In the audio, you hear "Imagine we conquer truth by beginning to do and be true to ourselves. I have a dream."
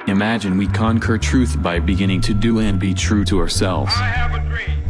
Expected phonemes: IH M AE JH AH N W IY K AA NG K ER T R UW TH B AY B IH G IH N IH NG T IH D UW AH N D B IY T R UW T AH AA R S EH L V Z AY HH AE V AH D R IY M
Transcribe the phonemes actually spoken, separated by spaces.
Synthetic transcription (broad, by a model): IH M AE JH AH N W IY K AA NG K ER T R UW TH B AY B IH G IH N IH NG T IH D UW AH N B IY T R UW T AH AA R S EH L V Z